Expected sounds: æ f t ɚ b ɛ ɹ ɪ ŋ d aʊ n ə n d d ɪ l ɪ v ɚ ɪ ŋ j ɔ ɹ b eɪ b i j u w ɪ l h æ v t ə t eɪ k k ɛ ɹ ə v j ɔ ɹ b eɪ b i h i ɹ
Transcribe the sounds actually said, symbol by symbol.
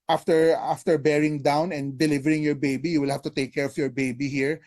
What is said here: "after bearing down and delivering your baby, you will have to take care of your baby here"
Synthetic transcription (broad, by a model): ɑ f t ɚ b ɛ ɹ ɪ ŋ d aʊ n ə n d d ɪ l ɪ v ɚ ɪ ŋ j ɔ ɹ b eɪ b i j u w ɪ l h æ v t ə t eɪ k k ɛ ɹ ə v j ɔ ɹ b eɪ b i h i ɹ